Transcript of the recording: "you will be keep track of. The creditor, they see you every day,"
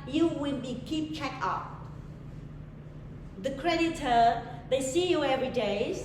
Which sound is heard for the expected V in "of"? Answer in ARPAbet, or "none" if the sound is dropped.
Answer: P